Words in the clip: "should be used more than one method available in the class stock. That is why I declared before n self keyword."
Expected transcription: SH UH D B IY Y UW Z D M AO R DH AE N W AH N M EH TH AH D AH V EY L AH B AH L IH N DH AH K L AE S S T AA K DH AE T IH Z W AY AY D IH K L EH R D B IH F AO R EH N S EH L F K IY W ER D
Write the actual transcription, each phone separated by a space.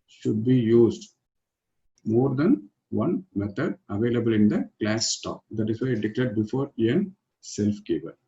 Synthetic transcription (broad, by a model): SH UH D B IY Y UW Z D M AO R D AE N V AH N M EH T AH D AH V EY L AH B AH L IH N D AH K L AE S S T AA K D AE T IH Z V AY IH D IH K L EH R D B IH F AO R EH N S EH L F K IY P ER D